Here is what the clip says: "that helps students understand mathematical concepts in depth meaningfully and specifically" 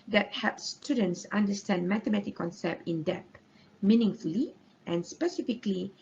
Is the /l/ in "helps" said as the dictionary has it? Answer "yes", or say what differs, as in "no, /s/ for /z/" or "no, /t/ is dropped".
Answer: no, /l/ is dropped